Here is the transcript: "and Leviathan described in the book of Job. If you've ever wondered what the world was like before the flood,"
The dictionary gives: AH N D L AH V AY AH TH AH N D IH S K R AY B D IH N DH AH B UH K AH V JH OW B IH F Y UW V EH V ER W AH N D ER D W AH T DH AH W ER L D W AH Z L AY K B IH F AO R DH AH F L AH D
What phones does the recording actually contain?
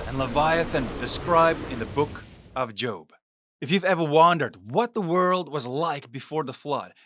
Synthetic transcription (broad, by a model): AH N L AH V AY AH TH AH N D IH S K R AY B D IH N DH AH B UH K AH V JH OW B IH F Y UW V EH V ER W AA N D ER D W AH T DH AH W ER L D W AH Z L AY K B IH F AO R DH AH F L AH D